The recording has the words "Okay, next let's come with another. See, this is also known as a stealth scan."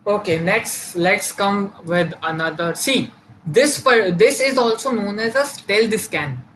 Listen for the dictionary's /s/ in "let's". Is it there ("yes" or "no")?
yes